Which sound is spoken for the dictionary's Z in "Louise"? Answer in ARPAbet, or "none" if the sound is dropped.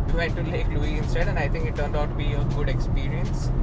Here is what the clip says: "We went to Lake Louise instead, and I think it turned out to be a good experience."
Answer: none